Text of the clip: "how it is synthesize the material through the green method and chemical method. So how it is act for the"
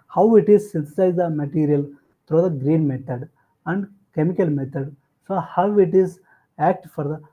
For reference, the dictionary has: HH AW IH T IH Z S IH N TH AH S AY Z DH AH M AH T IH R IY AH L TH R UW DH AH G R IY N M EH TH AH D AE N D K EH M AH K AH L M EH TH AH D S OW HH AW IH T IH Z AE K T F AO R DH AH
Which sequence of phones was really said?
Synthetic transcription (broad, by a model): HH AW IH T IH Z S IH N T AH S AY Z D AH M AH T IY R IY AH L T R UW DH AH G R IY N M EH T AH D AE N D K EH M AH K AH L M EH T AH D S OW HH AW IH T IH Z AE K T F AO R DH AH